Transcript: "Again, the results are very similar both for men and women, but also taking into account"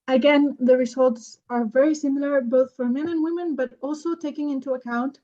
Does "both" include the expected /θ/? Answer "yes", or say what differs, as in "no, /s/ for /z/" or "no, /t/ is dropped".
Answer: yes